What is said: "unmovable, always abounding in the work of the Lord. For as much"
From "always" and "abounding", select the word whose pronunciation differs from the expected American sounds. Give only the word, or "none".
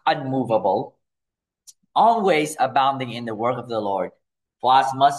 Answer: none